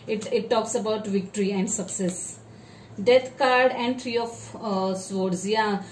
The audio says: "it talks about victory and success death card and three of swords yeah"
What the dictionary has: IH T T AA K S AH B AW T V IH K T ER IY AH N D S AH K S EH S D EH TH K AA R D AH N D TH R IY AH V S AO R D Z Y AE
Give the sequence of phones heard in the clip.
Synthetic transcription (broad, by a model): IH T T AA K S AH B AW T V IH K T ER IY AH N D S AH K S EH S D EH T K AA R D AH N D T R IY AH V S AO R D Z Y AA